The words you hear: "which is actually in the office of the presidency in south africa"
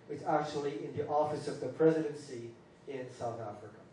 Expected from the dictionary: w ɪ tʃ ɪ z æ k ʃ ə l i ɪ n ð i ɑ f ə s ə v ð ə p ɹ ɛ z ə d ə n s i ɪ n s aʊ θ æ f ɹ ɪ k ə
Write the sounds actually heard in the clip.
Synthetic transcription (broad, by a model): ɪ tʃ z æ k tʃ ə l i ɪ n ð i ɑ f ə s ə v ð ə p ɹ ɛ z ə d ə n s i ɪ n s aʊ θ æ f ɹ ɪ k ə